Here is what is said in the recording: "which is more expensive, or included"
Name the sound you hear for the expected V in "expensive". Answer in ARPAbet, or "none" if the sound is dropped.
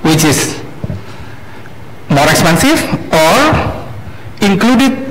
F